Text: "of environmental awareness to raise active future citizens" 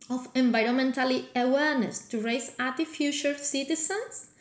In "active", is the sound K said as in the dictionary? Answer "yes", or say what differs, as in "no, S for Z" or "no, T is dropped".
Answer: no, K is dropped